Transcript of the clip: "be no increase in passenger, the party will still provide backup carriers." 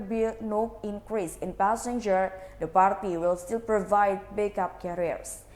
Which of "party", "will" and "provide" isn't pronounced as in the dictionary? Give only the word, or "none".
none